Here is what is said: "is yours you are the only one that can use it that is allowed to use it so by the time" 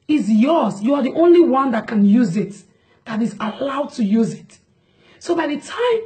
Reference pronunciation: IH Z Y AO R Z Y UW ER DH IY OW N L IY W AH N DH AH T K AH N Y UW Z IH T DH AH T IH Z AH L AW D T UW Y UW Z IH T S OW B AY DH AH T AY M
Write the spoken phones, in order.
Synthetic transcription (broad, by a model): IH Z Y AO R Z Y UW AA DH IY OW N L IY W AH N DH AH T K AH N Y UW Z IH T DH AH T IH Z AH L AW D T UW Y UW Z IH T S OW B AY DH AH T AY M